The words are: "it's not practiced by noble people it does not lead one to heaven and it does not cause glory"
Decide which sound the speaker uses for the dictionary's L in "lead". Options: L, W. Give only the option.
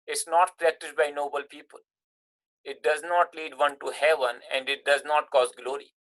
L